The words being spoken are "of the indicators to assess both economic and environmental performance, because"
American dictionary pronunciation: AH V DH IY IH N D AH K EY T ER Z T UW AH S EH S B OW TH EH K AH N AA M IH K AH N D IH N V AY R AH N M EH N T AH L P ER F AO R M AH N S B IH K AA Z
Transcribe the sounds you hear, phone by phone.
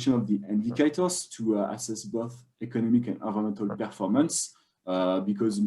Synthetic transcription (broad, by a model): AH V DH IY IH N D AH K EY T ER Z T UW AH S EH S B OW TH EH K AH N AA M IH K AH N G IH V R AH M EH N T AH L P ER F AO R M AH N S B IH K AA Z